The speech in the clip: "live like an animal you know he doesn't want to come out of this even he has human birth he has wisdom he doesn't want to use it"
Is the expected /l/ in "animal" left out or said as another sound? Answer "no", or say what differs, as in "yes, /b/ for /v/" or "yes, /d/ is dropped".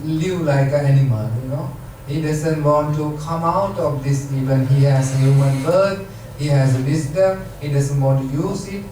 yes, /n/ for /l/